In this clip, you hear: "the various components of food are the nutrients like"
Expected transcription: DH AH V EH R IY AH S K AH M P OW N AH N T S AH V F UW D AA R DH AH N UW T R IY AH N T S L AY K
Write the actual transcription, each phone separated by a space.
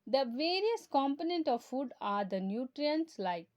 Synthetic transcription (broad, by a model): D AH V EH R IY AH S K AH M P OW N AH N T AH V F UW D AA R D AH N UW T R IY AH N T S L AY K